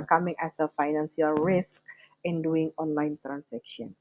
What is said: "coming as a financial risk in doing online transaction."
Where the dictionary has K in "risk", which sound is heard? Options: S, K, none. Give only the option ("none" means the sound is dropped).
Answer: K